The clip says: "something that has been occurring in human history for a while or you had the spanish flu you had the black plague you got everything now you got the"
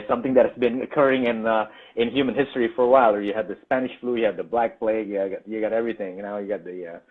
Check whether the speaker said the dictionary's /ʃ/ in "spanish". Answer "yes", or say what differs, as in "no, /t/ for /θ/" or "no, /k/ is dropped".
yes